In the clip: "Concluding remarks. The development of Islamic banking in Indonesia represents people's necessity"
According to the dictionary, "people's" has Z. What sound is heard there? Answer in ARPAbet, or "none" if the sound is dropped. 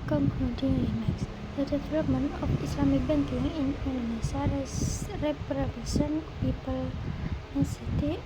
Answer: none